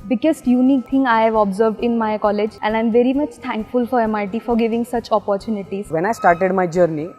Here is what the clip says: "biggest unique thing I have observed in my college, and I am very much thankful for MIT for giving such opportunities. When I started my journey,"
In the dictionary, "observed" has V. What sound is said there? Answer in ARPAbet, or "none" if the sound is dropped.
V